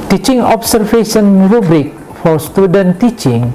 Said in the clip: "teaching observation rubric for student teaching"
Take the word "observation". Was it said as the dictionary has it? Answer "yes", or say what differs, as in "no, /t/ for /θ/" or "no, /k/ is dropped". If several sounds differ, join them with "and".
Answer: no, /f/ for /v/